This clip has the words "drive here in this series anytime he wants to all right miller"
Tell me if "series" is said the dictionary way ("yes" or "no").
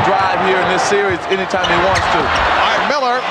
yes